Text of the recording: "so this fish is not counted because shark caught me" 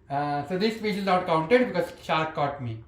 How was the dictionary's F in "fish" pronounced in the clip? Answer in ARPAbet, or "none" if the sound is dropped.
P